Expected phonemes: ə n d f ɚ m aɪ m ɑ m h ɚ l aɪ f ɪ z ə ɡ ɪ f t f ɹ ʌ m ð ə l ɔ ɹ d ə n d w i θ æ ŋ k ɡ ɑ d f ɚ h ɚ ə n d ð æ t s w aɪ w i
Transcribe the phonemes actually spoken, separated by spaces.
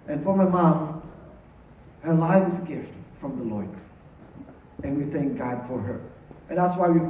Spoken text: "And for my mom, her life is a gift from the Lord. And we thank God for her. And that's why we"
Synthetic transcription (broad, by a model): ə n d f ɚ m aɪ m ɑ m h ɚ l aɪ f ɪ z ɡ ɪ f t f ɹ ʌ m ð ə l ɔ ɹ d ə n w i θ æ ŋ k ɡ ɑ d f ɚ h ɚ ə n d ð æ t s w aɪ w i